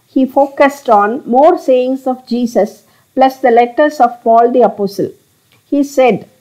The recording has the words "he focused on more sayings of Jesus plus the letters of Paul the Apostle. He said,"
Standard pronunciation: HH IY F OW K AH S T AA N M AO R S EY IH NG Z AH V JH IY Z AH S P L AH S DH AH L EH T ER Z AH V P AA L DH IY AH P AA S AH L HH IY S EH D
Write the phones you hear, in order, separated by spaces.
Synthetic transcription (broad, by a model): HH IY F OW K AH S T AA N M AO R S EY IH NG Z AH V JH IY S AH S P L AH S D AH L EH T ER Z AH V P AA L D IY AH P AA S AH L HH IY S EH D